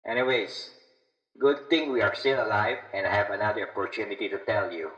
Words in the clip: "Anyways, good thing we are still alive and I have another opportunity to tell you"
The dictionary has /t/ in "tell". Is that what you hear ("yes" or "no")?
yes